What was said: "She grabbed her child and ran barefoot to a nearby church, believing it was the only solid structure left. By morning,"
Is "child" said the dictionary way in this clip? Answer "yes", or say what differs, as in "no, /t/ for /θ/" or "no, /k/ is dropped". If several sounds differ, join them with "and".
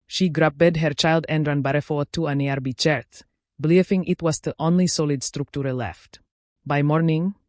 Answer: yes